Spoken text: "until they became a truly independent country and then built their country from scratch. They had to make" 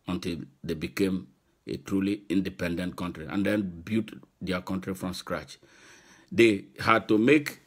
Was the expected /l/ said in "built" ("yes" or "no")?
no